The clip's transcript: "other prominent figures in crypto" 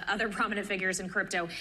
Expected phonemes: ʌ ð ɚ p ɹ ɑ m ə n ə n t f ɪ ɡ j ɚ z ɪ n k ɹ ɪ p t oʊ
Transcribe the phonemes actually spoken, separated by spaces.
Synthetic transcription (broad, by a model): ʌ ð ɚ p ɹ ɑ m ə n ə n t f ɪ ɡ j ɚ z ɪ n k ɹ ɪ p t oʊ